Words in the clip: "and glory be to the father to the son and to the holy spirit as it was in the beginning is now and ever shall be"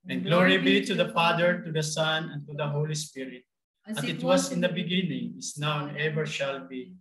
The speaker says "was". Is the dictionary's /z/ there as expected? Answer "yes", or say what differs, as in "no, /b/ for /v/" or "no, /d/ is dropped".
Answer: no, /s/ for /z/